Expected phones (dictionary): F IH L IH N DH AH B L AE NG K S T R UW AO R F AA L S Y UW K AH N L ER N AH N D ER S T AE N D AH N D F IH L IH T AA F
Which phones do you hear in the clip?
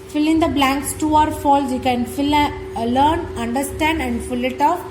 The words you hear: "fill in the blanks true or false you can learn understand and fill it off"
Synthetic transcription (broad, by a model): F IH L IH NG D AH B L AE NG K S T UW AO R F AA L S Y UW K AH N L ER N AH N D ER S T AE N D AH N D F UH L IH T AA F